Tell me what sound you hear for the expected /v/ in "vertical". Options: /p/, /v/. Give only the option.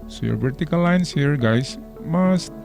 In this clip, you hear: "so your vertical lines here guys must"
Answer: /p/